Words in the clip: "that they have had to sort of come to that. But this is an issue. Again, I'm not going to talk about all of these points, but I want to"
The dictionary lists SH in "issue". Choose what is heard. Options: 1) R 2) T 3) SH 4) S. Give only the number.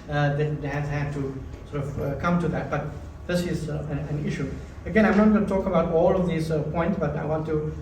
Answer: 3